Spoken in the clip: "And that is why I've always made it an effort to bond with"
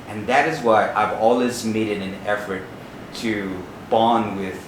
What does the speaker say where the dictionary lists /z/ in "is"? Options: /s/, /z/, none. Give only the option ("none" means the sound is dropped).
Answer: /z/